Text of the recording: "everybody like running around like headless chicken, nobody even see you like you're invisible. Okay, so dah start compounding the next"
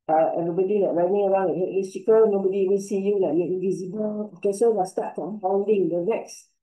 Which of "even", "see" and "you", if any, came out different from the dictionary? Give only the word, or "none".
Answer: even